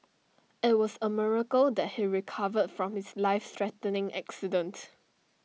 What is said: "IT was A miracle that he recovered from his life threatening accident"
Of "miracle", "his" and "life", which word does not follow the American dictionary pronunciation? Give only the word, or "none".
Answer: his